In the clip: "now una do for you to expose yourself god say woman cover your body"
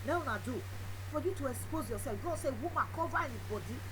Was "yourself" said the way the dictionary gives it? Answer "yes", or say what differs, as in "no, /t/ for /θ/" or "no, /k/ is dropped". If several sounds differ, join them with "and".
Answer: no, /l/ is dropped